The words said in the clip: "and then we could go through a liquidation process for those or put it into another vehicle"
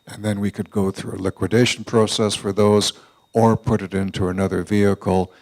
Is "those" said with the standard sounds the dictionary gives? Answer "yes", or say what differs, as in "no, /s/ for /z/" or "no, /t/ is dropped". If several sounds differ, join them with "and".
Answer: yes